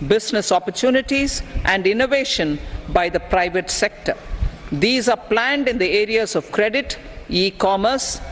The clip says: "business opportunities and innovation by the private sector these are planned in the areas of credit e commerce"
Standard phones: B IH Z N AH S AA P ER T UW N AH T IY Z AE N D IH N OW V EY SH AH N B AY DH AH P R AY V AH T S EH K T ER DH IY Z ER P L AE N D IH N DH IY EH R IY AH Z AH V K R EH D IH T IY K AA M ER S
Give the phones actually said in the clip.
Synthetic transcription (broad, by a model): B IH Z N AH S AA P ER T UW N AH T IY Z AE N D IH N OW V EY SH AH N B AY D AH P R AY V AH T S EH K T ER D IY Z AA P L AE N D IH N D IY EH R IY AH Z AH V K R EH D IH T IY K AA M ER S